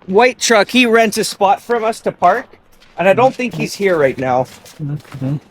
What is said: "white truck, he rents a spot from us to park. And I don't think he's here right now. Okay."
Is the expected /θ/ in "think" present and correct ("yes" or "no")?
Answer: yes